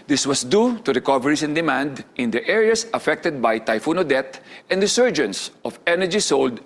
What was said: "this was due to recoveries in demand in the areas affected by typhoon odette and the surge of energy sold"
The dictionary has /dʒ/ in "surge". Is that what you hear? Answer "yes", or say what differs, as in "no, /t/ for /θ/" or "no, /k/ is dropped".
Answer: yes